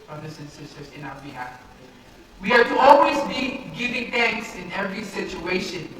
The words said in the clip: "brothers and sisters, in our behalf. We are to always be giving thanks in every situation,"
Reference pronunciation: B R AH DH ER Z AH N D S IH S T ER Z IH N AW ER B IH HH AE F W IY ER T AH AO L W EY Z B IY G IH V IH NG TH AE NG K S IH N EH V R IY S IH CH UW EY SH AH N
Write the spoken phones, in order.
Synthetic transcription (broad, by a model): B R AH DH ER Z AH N S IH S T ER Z IH N AW ER B IH HH AE F W IY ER T AH AO L W EY Z B IY G IH V IH NG TH AE NG K S IH N EH V R IY S IH CH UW EY SH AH N